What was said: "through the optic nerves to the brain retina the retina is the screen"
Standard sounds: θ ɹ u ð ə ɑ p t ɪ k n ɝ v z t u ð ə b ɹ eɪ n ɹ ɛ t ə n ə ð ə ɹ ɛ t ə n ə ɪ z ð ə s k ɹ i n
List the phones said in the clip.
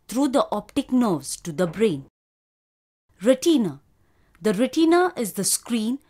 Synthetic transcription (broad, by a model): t ɹ u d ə ɑ p t ɪ k n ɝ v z t u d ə b ɹ eɪ n ɹ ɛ t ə n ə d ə ɹ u t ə n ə ɪ z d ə s k ɹ i n